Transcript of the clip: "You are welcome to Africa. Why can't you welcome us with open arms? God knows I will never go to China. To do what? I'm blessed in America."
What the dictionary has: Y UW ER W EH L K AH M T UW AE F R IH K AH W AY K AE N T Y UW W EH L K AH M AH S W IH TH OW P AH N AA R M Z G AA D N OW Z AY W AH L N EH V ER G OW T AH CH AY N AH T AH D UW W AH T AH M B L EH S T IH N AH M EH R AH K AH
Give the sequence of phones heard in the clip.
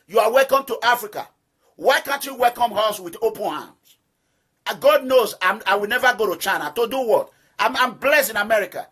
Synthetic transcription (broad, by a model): Y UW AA W EH L K AH M T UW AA F R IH K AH W AY K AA N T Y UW W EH L K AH M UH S W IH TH OW P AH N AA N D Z G AA D N OW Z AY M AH W N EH V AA G OW T AH CH AY N AH T AH D UW W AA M AH M B L EH S T IH N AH M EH R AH K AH